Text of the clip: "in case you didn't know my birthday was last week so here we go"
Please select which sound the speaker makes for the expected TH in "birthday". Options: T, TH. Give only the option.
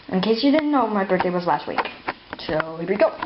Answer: T